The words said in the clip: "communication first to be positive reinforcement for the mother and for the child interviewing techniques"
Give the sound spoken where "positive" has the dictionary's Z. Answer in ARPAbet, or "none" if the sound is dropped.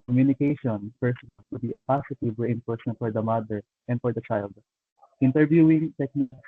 S